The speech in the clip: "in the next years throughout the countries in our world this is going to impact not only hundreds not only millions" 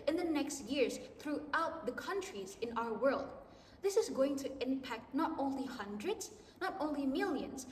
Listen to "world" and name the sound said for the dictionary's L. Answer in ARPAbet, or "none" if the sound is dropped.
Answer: L